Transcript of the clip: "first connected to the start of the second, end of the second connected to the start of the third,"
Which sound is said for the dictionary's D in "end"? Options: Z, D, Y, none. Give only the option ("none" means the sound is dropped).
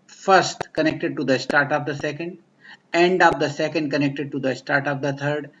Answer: D